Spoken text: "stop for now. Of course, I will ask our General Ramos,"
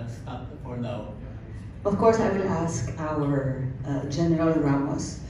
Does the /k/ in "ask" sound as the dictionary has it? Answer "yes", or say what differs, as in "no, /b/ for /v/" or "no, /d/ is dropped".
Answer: yes